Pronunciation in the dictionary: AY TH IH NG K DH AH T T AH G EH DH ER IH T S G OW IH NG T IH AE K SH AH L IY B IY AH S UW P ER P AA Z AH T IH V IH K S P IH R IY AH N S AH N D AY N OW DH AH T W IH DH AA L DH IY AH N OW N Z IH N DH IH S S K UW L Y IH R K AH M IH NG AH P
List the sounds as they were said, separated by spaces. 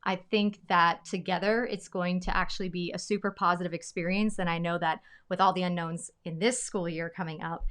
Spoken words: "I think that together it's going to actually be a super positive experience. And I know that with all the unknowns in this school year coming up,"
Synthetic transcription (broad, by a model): AY TH IH NG K DH AH T T AH G EH DH ER IH T S G OW IH NG T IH AE K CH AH L IY B IY AH S UW P ER P AA Z AH T IH V IH K S P IH R IY AH N S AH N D AY N OW DH AH T W IH DH AA L DH IY AH N OW N Z IH N DH IH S S K UW L Y IH R K AH M IH NG AH P